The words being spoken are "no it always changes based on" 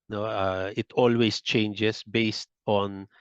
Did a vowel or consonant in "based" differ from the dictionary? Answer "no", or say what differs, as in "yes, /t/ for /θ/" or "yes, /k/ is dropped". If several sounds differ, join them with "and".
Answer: no